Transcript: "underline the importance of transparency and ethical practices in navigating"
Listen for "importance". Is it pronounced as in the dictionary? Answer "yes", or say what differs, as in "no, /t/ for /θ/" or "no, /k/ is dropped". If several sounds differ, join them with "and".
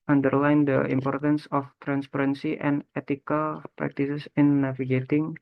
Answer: yes